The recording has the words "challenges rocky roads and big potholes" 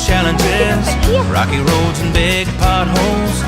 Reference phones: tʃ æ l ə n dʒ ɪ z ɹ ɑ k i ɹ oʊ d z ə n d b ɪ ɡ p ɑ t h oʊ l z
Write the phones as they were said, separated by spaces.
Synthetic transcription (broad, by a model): tʃ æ l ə n dʒ ɪ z ɹ ɑ k i ɹ oʊ d z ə n b ɪ ɡ p ɑ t h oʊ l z